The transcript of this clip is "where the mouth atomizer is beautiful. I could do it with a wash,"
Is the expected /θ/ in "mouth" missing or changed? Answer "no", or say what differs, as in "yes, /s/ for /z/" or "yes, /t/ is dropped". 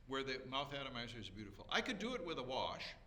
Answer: no